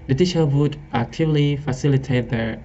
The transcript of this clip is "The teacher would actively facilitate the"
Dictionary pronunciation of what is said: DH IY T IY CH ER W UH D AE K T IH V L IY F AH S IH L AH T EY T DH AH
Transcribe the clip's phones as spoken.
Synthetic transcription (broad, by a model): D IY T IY SH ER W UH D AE K T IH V L IY F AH S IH L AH T EY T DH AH